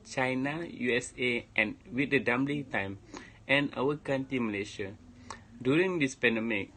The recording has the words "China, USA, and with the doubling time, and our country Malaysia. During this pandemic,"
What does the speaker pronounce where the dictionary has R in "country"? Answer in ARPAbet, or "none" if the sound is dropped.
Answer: none